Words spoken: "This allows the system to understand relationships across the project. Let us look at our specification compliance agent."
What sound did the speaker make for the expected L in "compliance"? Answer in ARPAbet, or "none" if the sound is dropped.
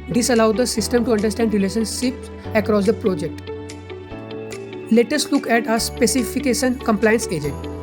L